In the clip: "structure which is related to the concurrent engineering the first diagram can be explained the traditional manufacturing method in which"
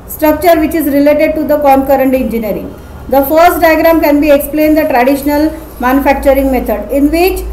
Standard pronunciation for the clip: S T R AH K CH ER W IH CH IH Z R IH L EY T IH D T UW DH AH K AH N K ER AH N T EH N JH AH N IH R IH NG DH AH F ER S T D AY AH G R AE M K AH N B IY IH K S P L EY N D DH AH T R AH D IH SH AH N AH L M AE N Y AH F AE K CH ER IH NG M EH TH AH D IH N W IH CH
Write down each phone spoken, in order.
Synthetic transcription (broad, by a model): S T R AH K CH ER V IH CH IH Z R IH L EY T IH D T UW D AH K AH N K ER AH N T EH N JH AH N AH R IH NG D AH F ER S T D AY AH G R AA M K AH N B IY IH K S P L EY N D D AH T R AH D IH SH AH N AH L M AE N Y AH F AE K CH ER IH NG M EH T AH D IH N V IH CH